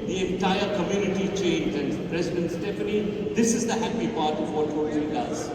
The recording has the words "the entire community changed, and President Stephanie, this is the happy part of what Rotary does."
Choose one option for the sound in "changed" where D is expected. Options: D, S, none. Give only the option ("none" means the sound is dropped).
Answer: none